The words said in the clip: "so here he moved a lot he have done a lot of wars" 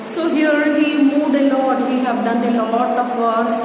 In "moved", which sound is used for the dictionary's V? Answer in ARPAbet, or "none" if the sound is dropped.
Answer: none